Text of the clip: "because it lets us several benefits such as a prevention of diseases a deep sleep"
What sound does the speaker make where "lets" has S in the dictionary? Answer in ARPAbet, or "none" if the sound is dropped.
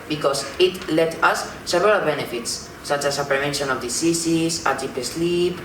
none